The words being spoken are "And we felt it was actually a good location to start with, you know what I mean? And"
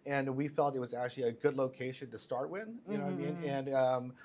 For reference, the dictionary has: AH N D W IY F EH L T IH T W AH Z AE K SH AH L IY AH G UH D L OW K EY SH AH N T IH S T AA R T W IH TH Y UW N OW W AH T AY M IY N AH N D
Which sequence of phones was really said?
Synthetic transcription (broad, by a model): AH N W IY F EH L T IH T W AH Z AE K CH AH L IY AH G UH D L OW K EY SH AH N T IH S T AA R T W IH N Y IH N OW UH AY M IY N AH N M